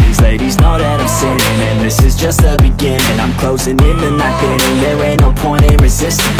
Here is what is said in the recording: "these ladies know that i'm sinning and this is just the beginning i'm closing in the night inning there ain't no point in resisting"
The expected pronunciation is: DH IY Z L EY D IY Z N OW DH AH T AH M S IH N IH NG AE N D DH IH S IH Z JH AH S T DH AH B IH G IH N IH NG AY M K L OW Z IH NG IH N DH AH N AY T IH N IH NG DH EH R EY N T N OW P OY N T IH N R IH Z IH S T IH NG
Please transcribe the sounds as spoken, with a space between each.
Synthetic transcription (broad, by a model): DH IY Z L EY D IY Z N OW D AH T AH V S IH IH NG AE N DH IH S IH Z JH AH S T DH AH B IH G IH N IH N AY M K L OW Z IH NG IH N DH AH N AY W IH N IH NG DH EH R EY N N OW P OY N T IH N R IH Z IH S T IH